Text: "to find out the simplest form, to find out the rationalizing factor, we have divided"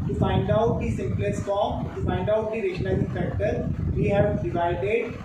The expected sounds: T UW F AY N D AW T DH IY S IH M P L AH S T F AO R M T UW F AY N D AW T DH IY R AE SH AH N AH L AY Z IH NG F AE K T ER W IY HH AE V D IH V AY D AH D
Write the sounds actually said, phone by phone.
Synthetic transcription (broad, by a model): T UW F AY N D AW T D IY S IH M P L AH S T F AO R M T UW F AY N D AW T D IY R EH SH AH N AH IH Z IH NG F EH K T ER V IY HH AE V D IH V AY D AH D